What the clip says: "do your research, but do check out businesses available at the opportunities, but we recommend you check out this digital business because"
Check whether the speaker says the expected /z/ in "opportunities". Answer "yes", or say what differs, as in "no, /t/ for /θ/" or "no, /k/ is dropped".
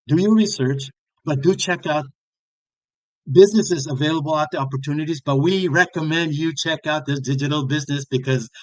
yes